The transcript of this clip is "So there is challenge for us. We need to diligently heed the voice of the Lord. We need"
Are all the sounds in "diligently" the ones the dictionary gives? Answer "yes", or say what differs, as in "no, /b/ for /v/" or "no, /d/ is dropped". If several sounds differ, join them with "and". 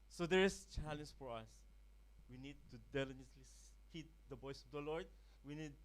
no, /n/ is dropped